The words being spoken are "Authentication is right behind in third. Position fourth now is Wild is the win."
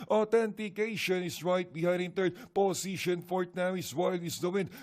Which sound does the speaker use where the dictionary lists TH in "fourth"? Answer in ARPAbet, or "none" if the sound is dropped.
T